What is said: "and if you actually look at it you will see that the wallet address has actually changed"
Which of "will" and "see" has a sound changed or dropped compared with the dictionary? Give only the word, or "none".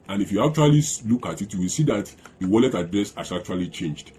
none